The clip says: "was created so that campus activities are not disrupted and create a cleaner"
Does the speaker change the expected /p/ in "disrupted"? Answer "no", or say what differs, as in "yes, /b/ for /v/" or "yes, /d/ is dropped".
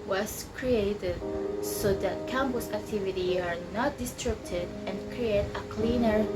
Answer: yes, /b/ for /p/